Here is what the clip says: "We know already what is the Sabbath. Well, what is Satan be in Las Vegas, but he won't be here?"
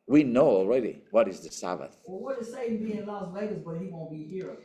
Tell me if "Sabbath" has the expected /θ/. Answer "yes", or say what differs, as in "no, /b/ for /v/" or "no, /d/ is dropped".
yes